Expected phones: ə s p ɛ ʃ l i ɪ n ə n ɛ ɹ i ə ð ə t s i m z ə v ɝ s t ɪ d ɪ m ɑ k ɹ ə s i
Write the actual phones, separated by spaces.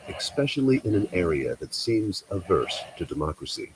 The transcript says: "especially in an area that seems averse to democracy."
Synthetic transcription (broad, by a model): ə s p ɛ ʃ l i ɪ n ə n ɛ ɹ i ə ð ə t s i m z ə v ɝ s t ɪ d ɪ m ɑ k ɹ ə s i